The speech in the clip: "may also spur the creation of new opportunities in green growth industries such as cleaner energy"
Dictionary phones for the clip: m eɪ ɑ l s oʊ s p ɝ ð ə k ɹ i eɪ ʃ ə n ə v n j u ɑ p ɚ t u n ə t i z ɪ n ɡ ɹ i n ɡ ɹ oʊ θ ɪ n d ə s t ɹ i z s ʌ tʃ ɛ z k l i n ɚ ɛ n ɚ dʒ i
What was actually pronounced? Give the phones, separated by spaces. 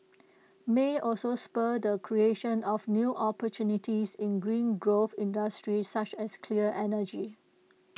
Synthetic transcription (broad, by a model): m eɪ ɑ l s oʊ s p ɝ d ə k ɹ i eɪ ʃ ə n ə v n j u ɑ p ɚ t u n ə t i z ɪ n ɡ ɹ i n ɡ ɹ oʊ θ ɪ n d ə s t ɹ i s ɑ tʃ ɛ s k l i ɚ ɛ n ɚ dʒ i